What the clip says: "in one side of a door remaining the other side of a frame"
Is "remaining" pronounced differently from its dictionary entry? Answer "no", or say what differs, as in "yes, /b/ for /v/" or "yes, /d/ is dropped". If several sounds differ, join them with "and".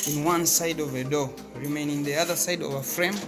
no